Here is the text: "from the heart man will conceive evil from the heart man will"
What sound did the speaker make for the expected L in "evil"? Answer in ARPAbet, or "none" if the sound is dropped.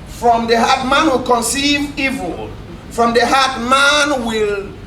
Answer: L